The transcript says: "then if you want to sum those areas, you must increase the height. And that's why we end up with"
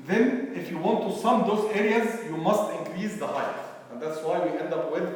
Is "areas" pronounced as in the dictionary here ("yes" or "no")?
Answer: yes